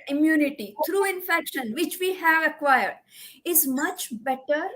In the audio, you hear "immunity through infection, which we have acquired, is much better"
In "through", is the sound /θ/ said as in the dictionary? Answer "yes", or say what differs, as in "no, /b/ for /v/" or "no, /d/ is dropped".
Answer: no, /t/ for /θ/